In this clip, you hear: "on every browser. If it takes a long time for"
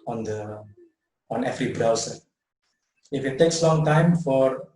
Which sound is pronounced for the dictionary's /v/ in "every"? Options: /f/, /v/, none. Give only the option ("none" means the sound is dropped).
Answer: /f/